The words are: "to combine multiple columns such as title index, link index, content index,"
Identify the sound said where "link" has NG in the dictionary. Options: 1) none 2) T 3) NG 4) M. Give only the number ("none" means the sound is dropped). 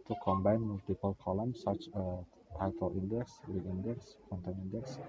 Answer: 1